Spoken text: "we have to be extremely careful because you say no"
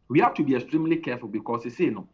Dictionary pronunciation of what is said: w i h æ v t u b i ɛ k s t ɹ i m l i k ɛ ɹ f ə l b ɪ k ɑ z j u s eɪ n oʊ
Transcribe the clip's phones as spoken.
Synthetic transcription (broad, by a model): w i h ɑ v t u b i ɛ k s t ɹ i m l i k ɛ f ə l b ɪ k ɑ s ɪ s eɪ n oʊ